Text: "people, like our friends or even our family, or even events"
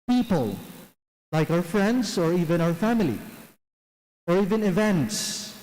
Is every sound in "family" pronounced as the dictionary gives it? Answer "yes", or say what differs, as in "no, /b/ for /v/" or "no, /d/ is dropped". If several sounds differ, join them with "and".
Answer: yes